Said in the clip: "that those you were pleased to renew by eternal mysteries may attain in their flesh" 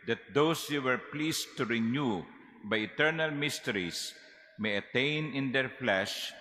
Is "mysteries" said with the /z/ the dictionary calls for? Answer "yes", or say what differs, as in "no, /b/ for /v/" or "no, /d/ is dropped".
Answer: no, /s/ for /z/